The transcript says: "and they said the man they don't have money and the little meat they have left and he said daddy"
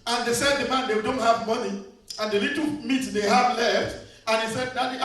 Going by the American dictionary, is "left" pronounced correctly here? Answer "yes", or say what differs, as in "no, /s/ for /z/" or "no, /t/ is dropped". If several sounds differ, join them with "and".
yes